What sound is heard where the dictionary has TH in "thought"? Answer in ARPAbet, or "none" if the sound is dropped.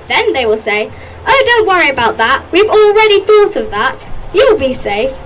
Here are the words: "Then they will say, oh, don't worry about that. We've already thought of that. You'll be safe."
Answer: TH